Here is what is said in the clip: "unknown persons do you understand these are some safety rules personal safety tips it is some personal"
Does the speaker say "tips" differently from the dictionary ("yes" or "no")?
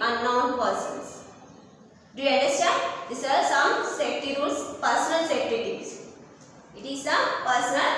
yes